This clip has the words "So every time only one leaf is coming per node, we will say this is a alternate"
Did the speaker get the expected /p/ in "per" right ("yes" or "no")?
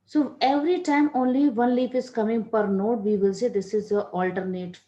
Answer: yes